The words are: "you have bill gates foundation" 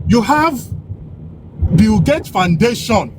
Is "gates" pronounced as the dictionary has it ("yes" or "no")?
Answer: no